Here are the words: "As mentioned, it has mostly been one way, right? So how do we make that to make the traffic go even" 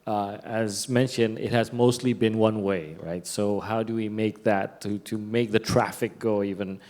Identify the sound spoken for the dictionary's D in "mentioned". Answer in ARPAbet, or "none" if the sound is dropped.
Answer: D